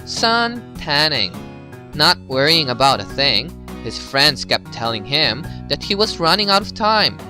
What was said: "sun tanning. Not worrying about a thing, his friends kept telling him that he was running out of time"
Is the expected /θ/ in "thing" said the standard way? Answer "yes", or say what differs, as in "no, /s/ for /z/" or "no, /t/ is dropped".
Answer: yes